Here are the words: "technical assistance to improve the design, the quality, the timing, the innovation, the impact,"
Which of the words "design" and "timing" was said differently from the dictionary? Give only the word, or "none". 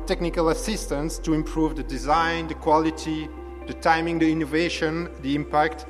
none